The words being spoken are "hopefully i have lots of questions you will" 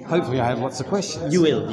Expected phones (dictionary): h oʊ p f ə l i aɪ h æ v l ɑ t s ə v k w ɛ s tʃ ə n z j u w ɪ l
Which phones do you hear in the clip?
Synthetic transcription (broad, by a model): h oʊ p f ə l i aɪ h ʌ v l ɑ t s ə v k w ɛ s tʃ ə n j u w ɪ l